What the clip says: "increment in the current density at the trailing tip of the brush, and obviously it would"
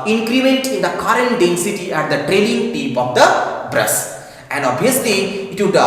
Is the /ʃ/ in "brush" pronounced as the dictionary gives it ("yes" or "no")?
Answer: no